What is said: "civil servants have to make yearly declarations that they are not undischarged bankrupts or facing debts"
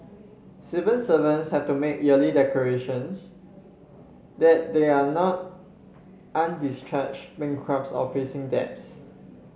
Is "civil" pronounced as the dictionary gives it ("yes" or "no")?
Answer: no